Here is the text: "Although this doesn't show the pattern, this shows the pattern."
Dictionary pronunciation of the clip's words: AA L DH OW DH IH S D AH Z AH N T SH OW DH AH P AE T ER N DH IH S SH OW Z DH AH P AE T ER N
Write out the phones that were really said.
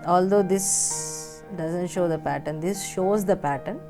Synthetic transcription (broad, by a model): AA L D OW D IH S D AH Z AH N T SH OW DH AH P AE T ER N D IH S SH OW Z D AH P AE T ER N